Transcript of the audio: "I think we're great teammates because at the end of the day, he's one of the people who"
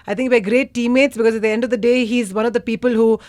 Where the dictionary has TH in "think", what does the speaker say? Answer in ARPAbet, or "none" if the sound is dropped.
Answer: T